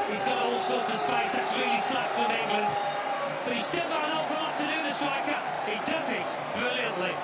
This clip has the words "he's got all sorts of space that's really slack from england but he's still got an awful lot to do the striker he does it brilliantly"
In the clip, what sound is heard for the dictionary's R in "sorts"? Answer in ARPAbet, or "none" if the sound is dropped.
R